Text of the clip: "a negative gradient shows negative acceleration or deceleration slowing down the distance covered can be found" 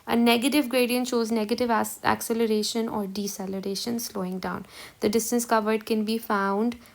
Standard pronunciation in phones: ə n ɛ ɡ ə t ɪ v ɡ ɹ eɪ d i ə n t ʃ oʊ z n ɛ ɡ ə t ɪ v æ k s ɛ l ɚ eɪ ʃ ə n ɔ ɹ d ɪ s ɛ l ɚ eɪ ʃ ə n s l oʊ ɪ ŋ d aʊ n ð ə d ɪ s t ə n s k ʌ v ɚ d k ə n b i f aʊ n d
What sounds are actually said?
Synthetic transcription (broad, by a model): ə n ɛ ɡ ə t ɪ v ɡ ɹ eɪ d i ə n t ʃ oʊ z n ɛ ɡ ə t ɪ v æ k s ɛ l ɚ eɪ ʃ ə n ɔ ɹ d ɪ s ɛ l ɚ eɪ ʃ ə n s l oʊ ɪ ŋ d aʊ n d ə d ɪ s t ə n s k ʌ v ɚ d k ə n b i f aʊ n d